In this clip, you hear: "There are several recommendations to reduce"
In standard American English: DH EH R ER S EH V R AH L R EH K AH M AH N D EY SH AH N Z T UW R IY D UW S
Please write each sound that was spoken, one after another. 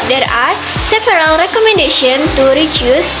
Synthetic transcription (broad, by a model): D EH R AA S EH P R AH L R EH K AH M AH N D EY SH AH N T UW R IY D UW S